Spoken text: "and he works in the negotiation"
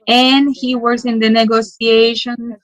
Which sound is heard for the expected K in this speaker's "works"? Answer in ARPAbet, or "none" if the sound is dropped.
none